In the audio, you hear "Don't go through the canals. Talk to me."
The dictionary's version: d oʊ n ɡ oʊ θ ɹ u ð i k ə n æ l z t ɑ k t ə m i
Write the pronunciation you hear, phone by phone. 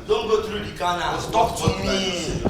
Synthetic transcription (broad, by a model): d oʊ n ɡ oʊ t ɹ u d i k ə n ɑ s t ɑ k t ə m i